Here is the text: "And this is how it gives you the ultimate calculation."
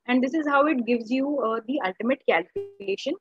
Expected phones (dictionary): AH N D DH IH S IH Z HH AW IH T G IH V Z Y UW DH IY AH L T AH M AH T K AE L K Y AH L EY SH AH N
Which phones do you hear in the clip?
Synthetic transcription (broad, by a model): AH N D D IH S IH Z HH AW IH T G IH V Z Y UW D IY AH L T AH M AH T K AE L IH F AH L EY SH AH N